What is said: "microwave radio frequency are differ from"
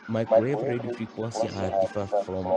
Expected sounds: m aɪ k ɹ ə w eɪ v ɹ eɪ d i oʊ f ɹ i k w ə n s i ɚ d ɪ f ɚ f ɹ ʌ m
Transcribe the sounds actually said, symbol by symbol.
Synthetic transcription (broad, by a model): m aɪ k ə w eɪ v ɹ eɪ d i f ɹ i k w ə s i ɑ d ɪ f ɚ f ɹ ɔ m